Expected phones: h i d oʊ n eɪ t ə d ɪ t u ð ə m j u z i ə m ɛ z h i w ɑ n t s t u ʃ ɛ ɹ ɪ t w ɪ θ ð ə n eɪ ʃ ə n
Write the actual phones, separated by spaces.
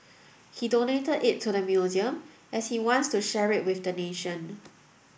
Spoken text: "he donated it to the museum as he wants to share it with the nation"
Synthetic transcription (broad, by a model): h i d oʊ n eɪ t ə d ɪ t u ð ə m j u z i ə m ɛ s h i w ɑ n t s t u ʃ ɛ ɹ ɪ t w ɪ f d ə n eɪ ʃ ə n